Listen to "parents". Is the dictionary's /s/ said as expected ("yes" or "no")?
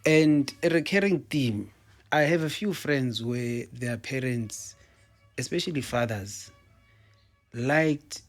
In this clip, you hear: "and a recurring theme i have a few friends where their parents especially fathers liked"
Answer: yes